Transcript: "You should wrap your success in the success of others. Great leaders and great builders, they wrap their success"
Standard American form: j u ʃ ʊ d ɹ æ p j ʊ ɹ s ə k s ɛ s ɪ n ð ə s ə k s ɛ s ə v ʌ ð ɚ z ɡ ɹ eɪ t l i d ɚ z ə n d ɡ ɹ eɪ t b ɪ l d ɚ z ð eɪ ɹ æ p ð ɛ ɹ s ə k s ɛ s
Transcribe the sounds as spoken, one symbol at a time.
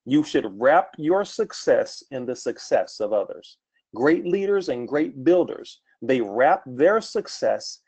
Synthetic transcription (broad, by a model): j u ʃ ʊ d ɹ æ p j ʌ ɹ s ə k s ɛ s ɪ n ð ə s ə k s ɛ s ə v ʌ ð ɚ z ɡ ɹ eɪ t l i d ɚ z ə n ɡ ɹ eɪ t b ɪ l d ɚ z ð eɪ ɹ æ p ð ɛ ɹ s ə k s ɛ s